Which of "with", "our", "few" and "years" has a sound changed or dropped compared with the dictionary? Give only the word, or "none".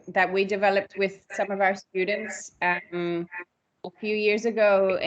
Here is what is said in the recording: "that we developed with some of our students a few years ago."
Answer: none